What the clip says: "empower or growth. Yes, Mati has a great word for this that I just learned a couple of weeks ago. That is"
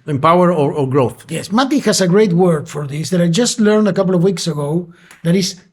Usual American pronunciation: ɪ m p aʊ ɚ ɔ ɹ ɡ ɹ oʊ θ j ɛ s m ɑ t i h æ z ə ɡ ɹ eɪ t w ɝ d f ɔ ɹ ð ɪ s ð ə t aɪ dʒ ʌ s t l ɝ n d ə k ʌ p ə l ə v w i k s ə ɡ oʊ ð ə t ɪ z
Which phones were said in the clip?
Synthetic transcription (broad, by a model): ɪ m p aʊ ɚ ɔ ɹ ɡ ɹ oʊ θ j ɛ s m ɑ t i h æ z ə ɡ ɹ eɪ t w ɝ d f ɔ ɹ ð ɪ s ð ə t aɪ dʒ ʌ s t l ɝ n d ə k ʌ p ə l ə v w i k s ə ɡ oʊ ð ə t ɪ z